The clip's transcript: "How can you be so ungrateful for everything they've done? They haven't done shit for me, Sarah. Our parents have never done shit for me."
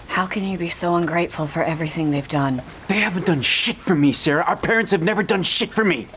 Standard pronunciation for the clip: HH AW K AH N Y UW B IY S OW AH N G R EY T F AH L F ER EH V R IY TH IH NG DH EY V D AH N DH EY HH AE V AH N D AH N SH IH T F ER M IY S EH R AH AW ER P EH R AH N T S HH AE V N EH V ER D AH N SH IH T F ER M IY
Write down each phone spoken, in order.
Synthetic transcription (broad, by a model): HH AW K AH N Y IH B IY S OW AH N G R EY T F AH L F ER EH V R IY TH IH NG DH EY V D AH N DH EY HH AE V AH N D AH N SH IH T F ER M IY S EH R AH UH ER P EH R AH N T S HH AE V N EH V ER D AH N SH IH T F ER M IY